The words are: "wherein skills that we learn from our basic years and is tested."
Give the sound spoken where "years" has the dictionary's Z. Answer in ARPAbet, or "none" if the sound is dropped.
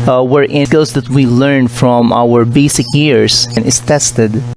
S